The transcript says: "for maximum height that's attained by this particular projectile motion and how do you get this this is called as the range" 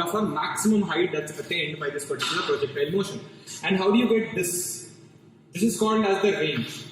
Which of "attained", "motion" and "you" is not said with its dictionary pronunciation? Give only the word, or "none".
none